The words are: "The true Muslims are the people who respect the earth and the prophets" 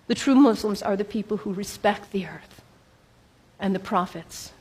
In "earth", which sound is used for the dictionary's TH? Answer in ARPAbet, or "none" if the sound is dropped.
TH